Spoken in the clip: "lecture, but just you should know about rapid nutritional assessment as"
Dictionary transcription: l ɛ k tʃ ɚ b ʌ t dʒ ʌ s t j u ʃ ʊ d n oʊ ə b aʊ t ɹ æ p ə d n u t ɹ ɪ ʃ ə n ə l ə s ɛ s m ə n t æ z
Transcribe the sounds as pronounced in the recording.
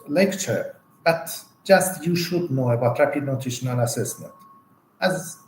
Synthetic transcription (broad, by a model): l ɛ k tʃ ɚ b ʌ t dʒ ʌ s t j u ʃ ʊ d n oʊ ə b aʊ t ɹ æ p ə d n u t ɪ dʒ n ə n ə s ɛ s m ə n t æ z